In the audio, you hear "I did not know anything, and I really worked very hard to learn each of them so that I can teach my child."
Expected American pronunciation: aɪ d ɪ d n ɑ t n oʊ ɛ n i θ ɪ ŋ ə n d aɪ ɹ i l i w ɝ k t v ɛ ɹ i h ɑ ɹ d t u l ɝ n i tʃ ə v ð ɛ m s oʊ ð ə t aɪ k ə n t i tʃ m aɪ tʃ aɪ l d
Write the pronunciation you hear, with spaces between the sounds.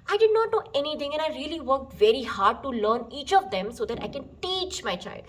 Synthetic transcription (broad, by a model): aɪ d ɪ d n ɑ t n oʊ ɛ n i t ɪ ŋ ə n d aɪ ɹ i l i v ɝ k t v ɛ ɹ i h ɑ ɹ d t u l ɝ n i tʃ ə v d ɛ m s oʊ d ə t aɪ k ə n t i tʃ m aɪ tʃ aɪ l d